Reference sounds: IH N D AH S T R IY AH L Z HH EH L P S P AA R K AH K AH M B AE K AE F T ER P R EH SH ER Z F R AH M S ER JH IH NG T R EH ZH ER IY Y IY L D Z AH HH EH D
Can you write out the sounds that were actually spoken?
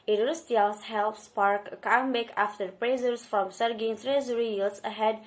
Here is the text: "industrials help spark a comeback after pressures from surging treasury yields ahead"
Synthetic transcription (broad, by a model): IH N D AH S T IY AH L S HH EH L P S P AA R K AH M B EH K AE F T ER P R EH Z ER S F R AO M S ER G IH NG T R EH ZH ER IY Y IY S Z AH HH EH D